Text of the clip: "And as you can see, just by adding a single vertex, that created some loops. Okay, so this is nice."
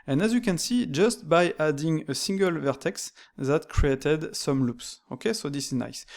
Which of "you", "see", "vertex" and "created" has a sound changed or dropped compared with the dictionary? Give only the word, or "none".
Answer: none